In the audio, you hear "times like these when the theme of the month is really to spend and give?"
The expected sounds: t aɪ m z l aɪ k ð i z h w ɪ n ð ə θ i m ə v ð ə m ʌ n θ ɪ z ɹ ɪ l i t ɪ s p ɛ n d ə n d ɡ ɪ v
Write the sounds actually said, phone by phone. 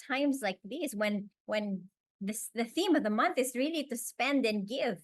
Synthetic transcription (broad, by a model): aɪ m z l aɪ k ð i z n w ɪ n ð ə θ i m ə v ð ə m ʌ n θ ɪ z ɹ ɪ l i t ɪ s p ɛ n d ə n ɡ ɪ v